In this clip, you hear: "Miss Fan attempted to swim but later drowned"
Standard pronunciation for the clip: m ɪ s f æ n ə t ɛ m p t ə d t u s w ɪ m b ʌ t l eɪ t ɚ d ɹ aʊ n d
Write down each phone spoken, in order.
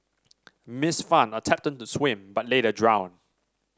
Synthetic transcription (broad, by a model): m ɪ s f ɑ n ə t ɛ p t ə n t u s w ɪ m b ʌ t l eɪ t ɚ d ɹ aʊ n